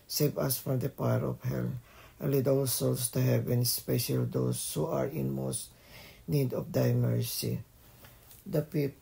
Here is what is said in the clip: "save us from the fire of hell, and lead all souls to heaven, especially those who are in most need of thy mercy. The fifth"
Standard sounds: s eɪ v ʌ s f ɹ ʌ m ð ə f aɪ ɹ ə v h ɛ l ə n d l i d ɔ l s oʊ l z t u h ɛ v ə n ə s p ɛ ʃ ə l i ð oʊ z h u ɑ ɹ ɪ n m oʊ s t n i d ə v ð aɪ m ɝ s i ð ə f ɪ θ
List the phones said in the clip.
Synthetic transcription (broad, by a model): s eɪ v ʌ s f ɹ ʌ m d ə p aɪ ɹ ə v h ɛ l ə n l i d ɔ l s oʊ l s t u h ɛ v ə n s p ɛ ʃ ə l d oʊ s h u ɑ ɹ ɪ n m oʊ s t n i d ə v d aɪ m ɝ s i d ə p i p